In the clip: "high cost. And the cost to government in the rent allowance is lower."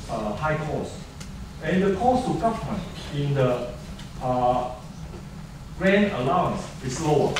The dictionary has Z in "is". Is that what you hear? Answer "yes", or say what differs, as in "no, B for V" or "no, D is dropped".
no, S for Z